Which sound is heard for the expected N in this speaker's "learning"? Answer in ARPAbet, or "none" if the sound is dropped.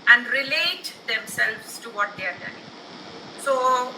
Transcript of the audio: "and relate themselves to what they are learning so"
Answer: none